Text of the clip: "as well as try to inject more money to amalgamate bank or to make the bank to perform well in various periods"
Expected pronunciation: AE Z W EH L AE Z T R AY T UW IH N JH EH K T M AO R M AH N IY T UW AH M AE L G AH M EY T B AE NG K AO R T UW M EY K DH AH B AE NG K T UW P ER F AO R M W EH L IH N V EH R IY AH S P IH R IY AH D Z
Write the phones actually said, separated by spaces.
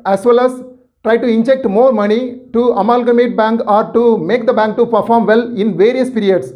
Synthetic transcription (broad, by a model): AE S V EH L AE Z T R AY T UW IH N JH EH K T M AO R M AH N IY T UW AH M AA L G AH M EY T B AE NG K AO R T UW M EY K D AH B AE NG K T UW P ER F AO R M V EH L IH N V EH R IY AH S P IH R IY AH D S